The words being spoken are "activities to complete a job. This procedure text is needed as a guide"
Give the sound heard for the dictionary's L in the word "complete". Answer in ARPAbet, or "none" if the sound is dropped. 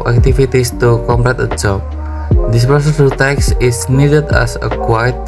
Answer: none